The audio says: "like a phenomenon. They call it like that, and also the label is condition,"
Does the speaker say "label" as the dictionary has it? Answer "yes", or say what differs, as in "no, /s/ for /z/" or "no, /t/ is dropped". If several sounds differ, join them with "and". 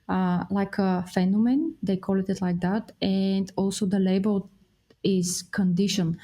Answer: yes